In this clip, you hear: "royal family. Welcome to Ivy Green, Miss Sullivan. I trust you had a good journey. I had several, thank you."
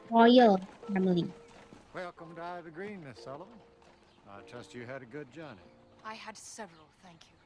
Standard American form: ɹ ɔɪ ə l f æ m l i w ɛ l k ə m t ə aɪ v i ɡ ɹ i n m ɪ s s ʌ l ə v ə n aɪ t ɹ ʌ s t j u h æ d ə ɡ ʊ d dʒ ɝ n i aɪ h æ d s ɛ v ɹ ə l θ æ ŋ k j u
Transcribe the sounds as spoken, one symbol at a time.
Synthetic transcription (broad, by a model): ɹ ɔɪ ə l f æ m l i w ɛ l k ə m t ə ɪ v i ɡ ɹ i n m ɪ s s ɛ l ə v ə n aɪ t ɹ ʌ s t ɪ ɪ d ə ɡ ʊ d dʒ ɝ n i aɪ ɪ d s ɛ v ɹ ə l θ æ ŋ k j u